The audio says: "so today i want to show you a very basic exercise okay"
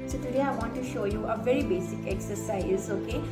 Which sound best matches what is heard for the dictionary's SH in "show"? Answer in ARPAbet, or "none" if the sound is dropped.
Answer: SH